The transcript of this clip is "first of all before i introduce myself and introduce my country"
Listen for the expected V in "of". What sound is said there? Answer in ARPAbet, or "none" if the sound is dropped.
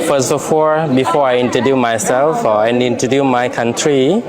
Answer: F